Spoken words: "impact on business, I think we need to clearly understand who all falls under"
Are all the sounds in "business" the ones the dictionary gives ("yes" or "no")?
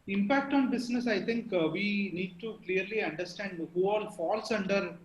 no